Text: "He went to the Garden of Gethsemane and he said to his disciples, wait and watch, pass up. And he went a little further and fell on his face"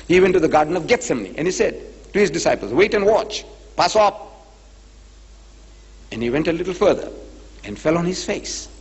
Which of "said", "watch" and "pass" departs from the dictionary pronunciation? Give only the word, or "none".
none